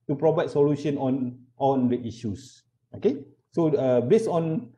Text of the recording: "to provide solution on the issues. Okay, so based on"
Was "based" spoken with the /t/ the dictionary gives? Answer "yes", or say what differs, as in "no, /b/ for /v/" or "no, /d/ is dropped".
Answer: no, /t/ is dropped